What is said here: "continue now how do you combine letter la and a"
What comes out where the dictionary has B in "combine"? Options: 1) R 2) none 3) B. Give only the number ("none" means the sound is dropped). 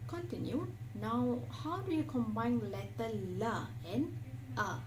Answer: 3